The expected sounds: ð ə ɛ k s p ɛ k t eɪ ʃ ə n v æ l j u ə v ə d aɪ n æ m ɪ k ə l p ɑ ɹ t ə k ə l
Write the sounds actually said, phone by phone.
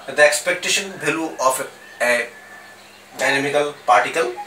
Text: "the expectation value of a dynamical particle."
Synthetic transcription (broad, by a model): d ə ɛ k s p ɛ k t eɪ ʃ ə n b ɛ l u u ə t ə d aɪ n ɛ m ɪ k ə l p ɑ ɹ t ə k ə l